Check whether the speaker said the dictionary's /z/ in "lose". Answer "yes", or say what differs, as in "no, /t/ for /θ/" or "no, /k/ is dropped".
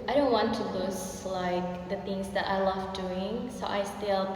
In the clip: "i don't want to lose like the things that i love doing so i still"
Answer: no, /s/ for /z/